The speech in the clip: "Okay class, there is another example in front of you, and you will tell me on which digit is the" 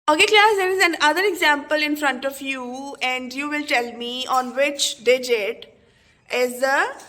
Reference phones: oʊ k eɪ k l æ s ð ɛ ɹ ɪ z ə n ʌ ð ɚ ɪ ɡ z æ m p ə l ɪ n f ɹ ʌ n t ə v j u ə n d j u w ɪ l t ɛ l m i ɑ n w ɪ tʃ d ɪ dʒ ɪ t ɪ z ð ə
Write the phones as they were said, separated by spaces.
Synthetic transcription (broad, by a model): oʊ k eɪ k l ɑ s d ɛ ɹ ɪ z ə n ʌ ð ɚ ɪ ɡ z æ m p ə l ɪ n f ɹ ʌ n t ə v j u ə n d j u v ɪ l t ɛ l m i ɑ n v ɪ tʃ d ɪ dʒ ɪ t ɪ z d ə